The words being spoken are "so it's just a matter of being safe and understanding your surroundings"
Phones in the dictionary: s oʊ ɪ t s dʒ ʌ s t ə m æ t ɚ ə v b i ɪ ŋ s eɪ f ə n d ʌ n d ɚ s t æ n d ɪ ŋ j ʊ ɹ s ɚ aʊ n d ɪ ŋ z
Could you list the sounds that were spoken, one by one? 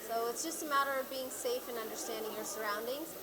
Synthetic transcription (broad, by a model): s oʊ ɪ t s dʒ ʌ s t ə m æ t ɚ ə v b i ɪ ŋ s eɪ f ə n ʌ n d ɚ s t æ n d ɪ ŋ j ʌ ɹ s ɚ aʊ n d ɪ ŋ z